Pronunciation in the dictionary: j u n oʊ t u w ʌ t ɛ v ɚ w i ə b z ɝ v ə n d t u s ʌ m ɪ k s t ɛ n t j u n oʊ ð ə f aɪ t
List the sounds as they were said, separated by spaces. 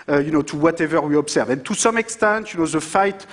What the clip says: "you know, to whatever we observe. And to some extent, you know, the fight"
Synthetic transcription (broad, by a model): j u n oʊ t u w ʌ t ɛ v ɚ w i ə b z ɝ v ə n t u s ʌ m ɪ k s t ɛ n t j u n oʊ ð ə f aɪ t